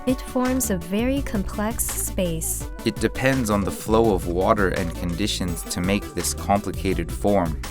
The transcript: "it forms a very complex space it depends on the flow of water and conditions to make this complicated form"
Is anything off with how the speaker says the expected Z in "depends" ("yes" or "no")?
no